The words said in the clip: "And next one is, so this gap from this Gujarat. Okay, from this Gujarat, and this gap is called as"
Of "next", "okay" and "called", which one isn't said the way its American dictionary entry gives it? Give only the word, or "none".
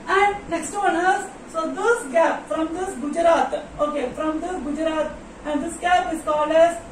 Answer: called